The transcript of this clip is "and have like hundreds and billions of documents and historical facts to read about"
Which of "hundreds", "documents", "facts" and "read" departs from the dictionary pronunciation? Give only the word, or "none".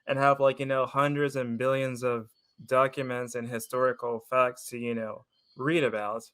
none